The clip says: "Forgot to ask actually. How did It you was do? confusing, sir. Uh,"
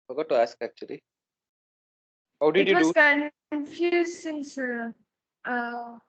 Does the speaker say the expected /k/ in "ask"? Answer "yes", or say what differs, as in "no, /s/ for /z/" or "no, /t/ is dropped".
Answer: yes